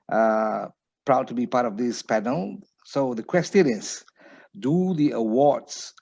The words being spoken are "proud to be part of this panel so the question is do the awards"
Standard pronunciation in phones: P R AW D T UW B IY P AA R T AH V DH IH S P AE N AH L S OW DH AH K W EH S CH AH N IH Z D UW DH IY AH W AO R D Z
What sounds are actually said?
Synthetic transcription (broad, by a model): P R AW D T UW B IY P AA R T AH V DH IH S P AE N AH L S OW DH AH K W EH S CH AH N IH S D UW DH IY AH W AO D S